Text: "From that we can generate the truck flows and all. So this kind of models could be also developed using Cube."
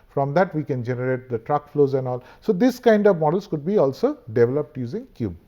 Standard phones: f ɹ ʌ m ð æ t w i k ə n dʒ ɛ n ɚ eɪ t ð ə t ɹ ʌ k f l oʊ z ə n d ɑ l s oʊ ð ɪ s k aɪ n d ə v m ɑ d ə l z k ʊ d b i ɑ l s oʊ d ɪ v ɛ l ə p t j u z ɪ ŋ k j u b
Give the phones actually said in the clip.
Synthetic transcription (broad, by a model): f ɹ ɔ m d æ t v i k ə n dʒ ɛ n ɚ eɪ t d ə t ɹ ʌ k f l oʊ z ə n d ɑ l s oʊ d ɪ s k aɪ n d ə v m ɑ d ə l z k ʊ d b i ɑ l s oʊ d ɪ v ɛ l ə p t j u z ɪ ŋ k j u b